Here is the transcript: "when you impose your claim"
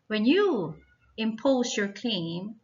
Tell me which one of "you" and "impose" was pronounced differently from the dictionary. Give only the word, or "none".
none